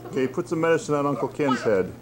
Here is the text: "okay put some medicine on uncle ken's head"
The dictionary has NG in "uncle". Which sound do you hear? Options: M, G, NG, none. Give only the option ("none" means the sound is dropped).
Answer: NG